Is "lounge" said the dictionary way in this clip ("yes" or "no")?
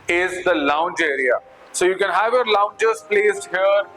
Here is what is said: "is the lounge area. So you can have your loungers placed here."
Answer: yes